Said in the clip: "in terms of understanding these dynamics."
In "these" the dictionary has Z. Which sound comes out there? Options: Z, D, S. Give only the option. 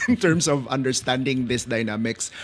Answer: S